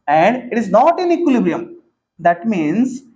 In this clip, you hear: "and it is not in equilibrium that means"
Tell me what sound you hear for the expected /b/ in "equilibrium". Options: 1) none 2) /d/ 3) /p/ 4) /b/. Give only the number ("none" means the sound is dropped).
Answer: 4